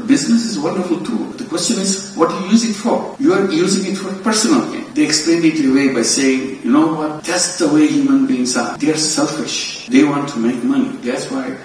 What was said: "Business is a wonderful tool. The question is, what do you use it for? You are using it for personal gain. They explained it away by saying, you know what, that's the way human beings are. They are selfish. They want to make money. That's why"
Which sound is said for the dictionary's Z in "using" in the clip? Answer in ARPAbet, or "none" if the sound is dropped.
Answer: Z